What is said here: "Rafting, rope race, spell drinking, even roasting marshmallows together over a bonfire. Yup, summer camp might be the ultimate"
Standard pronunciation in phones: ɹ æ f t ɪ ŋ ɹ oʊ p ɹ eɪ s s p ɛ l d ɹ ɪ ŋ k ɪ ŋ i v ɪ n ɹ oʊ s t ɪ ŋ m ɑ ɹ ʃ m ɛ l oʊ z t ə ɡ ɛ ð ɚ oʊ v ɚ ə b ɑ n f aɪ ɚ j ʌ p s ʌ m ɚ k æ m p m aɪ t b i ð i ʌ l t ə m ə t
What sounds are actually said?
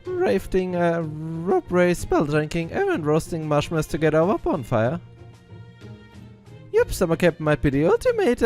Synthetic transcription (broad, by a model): ɹ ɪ f t ɪ ŋ ɹ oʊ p ɹ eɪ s s p ɛ l d ɹ ɪ ŋ k ɪ ŋ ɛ ɪ n ɹ oʊ s t ɪ ŋ m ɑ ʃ m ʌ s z t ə ɡ ɛ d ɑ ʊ ə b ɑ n f aɪ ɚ j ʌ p s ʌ m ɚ k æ p m aɪ t b i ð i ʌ l t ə m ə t